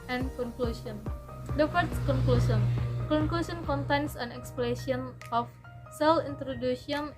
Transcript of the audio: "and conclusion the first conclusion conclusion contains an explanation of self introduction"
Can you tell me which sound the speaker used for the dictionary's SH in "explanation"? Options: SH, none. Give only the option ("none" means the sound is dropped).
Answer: none